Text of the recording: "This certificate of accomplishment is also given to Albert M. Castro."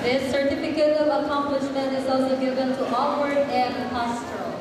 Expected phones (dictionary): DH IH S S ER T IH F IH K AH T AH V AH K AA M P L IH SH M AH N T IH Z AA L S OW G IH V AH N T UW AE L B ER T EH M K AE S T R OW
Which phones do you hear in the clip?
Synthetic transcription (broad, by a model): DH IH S S ER T IH F IH K AH T AH V AH K AA M P L IH SH M AH N T IH Z AA L S OW G IH V AH N T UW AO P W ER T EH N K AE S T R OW